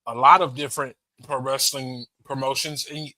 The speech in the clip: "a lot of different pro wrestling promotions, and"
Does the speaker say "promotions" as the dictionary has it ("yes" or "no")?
yes